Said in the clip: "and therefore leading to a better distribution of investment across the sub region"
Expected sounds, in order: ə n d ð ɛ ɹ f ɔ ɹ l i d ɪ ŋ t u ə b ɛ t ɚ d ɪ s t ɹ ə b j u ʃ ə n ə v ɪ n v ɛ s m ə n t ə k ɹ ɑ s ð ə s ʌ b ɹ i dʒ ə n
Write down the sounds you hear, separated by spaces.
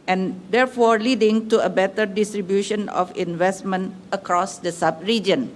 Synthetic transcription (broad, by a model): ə n d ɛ ɹ f ɔ ɹ l i d ɪ ŋ t u ə b ɛ t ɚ d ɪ s t ɹ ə b j u ʃ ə n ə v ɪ n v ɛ s m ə n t ə k ɹ ɑ s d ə s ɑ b ɹ i dʒ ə n